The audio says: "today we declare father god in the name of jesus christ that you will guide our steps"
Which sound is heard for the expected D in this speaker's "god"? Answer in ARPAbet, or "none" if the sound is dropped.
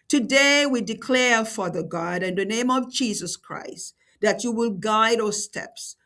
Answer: D